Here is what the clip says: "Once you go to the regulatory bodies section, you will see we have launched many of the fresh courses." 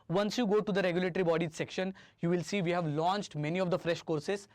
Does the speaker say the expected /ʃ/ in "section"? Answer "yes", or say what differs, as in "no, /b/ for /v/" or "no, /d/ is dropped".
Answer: yes